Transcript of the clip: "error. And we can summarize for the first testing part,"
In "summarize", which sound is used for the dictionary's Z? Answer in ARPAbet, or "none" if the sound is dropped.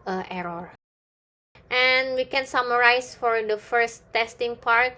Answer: S